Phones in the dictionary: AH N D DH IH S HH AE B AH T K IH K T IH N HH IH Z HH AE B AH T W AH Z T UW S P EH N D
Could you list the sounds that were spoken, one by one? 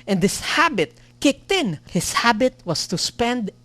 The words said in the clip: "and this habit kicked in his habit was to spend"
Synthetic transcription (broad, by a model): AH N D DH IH S HH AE B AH T K IH K T IH N HH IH S HH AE B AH T W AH S T UW S P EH N D